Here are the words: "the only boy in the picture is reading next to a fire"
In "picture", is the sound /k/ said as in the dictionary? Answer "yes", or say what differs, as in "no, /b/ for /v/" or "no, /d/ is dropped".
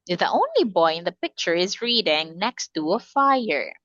yes